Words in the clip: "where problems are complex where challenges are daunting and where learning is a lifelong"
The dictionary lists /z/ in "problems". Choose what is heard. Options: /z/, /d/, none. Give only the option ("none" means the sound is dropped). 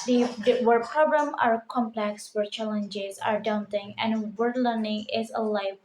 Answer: none